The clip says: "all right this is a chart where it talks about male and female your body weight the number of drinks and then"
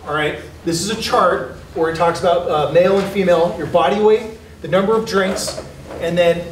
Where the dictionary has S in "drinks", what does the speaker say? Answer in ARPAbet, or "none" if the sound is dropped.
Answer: S